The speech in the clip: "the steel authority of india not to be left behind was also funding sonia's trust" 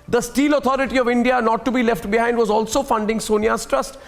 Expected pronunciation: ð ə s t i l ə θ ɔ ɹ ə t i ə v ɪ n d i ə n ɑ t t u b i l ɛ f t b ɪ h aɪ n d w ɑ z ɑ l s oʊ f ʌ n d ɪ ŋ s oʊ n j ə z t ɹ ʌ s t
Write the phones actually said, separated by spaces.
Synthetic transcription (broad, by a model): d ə s t i l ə t ɔ ɹ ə t i ə v ɪ n d i ə n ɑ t t u b i l ɛ f t b ɪ h aɪ n d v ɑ z ɑ l s oʊ f ʌ n d ɪ ŋ s oʊ n j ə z t ɹ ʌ s t